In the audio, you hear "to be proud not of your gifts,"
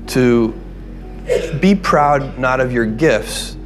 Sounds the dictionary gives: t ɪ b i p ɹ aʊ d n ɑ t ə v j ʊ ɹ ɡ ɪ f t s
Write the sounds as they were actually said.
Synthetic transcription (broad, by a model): t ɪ b i p ɹ aʊ d n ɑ t ə v j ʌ ɹ ɡ ɪ f t s